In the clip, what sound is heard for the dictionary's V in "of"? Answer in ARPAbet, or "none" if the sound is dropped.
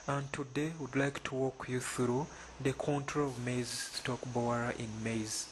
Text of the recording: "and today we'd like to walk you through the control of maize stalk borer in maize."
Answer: V